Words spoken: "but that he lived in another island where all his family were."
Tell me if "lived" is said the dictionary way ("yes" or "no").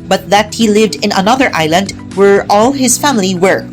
yes